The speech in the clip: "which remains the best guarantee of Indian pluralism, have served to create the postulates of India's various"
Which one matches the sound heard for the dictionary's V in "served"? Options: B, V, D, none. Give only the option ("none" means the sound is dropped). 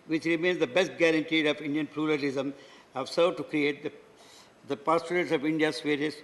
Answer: none